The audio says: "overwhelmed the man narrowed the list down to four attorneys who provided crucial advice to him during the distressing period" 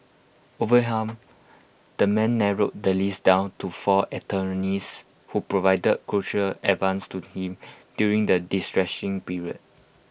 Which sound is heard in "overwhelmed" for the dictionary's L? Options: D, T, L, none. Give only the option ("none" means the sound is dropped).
none